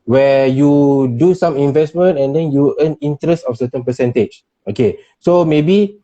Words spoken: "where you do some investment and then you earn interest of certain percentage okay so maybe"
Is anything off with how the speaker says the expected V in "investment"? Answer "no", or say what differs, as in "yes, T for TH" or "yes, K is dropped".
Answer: no